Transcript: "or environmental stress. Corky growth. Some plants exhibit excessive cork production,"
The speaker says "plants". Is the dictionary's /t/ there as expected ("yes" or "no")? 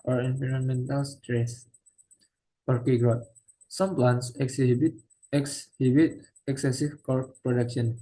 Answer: no